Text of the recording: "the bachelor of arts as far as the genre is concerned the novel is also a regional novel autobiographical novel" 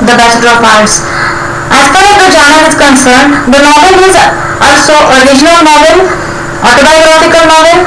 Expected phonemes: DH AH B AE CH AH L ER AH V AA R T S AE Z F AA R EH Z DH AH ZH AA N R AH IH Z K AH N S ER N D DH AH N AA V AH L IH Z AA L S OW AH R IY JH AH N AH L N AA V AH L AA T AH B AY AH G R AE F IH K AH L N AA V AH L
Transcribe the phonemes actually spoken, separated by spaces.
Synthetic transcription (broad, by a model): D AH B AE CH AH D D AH F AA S T AE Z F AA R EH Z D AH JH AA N AH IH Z K AH N S ER N D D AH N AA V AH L IH Z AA L S OW AH R IY JH AH N AH L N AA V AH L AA T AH B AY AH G R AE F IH K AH L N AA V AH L